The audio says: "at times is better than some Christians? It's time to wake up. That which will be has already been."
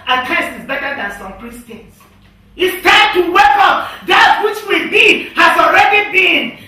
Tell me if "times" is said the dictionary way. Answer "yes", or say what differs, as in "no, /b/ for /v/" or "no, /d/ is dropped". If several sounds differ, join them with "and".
no, /s/ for /z/